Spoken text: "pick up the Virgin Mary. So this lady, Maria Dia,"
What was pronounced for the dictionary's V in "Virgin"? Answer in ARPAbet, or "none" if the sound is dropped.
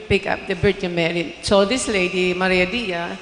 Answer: B